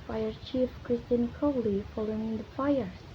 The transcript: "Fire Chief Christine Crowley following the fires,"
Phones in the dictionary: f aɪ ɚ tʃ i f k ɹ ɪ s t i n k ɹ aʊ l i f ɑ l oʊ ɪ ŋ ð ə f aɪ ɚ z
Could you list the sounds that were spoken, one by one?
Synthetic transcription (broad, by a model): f aɪ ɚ tʃ i f k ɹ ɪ s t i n k ɔ l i f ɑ l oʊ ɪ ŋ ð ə f aɪ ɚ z